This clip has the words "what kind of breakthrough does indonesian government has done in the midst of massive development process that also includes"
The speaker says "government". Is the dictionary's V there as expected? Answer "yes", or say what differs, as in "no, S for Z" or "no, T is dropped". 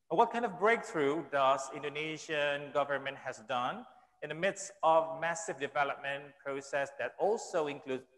yes